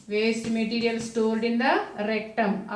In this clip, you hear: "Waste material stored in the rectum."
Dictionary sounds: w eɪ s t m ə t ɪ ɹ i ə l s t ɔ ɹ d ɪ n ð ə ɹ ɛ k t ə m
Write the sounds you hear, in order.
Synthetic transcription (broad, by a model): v eɪ s t m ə t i ɹ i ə l s t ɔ l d ɪ n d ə ɹ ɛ k t ə m